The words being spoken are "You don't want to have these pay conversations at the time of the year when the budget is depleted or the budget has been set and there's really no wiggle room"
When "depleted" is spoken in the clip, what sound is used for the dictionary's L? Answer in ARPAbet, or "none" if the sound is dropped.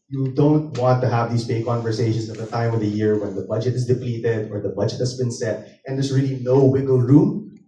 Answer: L